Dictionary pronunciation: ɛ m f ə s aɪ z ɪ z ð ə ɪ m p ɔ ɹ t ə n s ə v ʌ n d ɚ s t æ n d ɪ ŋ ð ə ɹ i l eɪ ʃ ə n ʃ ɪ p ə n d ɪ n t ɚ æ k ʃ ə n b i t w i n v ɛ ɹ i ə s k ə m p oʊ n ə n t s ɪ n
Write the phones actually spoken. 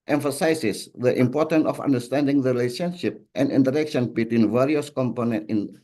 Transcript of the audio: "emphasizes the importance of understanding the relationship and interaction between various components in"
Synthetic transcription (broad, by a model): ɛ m f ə s aɪ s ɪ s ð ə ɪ m p ɔ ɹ t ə n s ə f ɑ n d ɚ s t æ n d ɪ ŋ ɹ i l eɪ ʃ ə n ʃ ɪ p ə n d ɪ n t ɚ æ k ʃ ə n b i t w i n v ɛ ɹ i ə s k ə m p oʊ n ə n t ɪ n